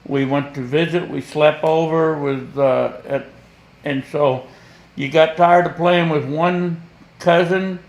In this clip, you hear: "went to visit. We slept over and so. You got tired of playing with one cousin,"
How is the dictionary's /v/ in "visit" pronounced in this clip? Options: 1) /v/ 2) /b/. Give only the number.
1